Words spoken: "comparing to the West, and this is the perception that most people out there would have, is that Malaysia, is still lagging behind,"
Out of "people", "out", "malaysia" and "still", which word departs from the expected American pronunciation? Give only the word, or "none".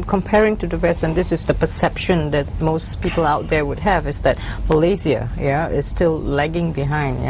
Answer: malaysia